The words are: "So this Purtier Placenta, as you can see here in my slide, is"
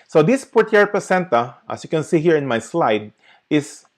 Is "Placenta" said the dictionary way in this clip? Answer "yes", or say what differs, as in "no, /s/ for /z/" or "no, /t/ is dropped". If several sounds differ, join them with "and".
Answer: no, /l/ is dropped